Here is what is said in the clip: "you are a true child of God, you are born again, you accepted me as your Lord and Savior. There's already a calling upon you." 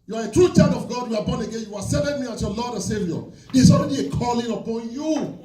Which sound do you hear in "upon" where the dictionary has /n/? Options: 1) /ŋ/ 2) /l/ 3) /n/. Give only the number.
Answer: 3